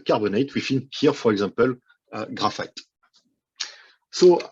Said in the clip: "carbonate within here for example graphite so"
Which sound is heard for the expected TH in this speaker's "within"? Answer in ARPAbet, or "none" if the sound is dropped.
F